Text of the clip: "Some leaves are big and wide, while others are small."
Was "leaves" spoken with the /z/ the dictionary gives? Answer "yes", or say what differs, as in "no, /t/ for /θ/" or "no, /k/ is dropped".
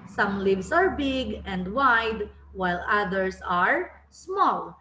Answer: no, /s/ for /z/